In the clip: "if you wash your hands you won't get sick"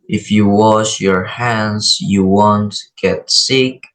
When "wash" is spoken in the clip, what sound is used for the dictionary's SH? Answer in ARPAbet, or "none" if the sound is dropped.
SH